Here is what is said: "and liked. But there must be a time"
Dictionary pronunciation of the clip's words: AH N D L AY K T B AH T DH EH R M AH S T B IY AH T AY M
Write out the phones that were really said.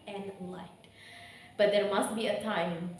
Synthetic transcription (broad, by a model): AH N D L AY T B AH T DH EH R M AH S T B IY AH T AY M